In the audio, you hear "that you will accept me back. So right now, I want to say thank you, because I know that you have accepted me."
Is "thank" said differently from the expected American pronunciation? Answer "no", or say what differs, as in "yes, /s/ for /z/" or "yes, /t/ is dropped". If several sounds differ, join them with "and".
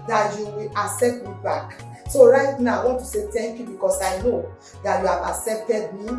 yes, /t/ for /θ/